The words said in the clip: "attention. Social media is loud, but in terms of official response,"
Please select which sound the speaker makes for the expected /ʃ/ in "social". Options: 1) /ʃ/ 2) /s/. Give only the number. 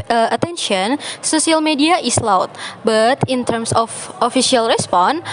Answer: 2